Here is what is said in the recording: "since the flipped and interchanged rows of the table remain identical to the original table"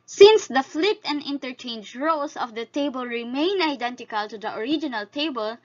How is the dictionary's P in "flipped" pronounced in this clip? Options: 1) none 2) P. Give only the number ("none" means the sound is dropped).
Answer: 1